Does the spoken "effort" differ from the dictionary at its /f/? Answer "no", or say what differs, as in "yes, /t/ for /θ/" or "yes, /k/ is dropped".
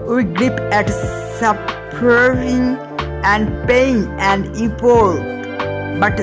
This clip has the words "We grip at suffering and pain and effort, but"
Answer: yes, /p/ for /f/